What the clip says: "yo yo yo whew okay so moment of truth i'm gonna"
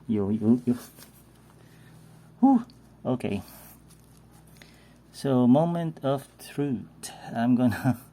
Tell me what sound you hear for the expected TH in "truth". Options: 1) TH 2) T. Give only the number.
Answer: 2